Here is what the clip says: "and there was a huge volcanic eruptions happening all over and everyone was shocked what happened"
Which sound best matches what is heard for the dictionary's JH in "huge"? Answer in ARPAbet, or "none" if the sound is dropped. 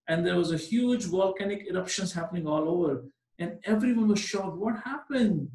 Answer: JH